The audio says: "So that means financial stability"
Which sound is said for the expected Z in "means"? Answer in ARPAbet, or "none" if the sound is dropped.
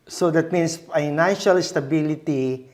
S